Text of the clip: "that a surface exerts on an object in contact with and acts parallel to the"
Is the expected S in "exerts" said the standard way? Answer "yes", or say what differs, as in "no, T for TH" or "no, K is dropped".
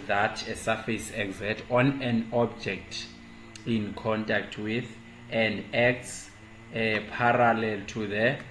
no, S is dropped